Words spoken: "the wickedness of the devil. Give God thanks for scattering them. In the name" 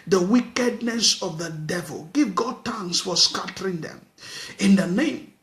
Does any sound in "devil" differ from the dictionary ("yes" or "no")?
no